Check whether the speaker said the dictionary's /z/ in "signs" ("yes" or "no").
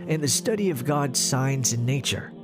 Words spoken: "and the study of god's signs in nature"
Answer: yes